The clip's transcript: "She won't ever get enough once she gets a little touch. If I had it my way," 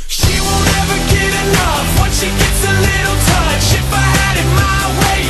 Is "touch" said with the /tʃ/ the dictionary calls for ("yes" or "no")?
no